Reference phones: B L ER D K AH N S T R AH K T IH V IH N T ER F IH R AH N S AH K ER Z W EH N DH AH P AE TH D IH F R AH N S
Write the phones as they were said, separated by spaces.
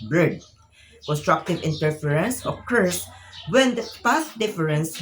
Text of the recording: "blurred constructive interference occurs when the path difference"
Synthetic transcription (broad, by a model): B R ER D K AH N S T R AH K T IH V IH N T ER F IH R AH N S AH K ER S W EH N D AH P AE S D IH F R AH N S